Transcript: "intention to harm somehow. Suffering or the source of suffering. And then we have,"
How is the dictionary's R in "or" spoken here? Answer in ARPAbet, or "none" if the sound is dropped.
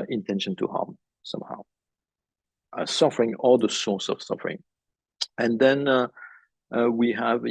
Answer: L